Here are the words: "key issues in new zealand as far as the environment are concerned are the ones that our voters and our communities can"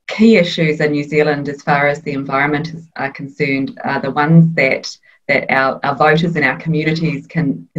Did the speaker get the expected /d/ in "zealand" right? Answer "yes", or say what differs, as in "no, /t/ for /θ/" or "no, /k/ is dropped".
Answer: yes